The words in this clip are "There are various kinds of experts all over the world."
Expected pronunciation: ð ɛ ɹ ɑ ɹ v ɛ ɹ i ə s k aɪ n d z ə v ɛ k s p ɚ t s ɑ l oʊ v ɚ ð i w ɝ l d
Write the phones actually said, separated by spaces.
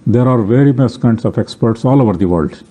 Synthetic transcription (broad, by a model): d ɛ ɹ ɑ ɹ v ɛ ɹ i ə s k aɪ n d s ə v ɛ k s p ɚ t s ɑ l oʊ v ɚ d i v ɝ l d